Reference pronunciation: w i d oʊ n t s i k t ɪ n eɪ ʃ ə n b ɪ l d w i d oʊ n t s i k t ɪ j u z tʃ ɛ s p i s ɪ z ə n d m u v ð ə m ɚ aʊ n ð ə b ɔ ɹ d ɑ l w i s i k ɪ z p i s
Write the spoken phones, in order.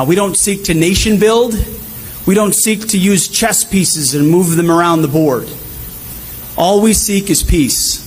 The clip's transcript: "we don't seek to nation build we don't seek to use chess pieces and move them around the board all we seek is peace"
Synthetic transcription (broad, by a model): w i d oʊ n t s i k t ɪ n eɪ ʃ ə n b ɪ l d w i d oʊ n t s i k t ɪ j u z tʃ ɛ s p i s ɪ z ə n m u v ð ə m ɚ aʊ n ð ə b ɔ ɹ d ɑ l w i s i k ɪ z p i s